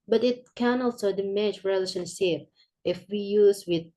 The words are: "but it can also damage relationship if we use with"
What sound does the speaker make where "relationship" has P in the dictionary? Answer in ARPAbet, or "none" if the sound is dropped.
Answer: P